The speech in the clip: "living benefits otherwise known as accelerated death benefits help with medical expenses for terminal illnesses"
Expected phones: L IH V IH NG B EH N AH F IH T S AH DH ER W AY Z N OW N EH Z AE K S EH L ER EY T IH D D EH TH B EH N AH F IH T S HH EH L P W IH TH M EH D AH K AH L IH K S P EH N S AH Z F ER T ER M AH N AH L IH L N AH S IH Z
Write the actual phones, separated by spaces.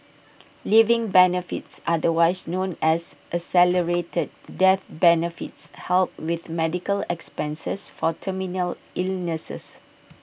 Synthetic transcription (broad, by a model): L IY V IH NG B EH N AH F IH T S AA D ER W AY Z N OW N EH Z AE S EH L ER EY T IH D D EH TH B EH N AH F IH T S HH EH L P W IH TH M EH D AH K AH L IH K S P EH N S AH S F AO T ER M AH N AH L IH L N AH S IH S